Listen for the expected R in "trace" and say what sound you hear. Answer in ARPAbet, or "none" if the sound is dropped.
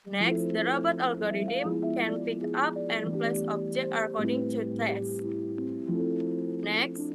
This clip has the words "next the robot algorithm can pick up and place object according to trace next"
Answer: none